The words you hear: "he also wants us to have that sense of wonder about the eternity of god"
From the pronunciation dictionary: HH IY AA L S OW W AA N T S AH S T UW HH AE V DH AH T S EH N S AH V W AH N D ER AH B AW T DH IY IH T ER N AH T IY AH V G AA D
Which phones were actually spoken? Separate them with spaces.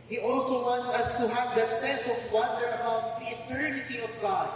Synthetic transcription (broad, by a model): HH IY AA L S OW W AA N T S AH S T UW HH AE V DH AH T S EH N S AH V W AH N D ER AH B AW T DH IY IH T ER N AH T IY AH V G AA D